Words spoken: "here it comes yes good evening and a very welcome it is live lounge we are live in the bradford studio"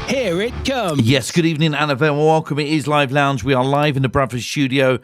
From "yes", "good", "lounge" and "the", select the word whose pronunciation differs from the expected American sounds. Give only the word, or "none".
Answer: none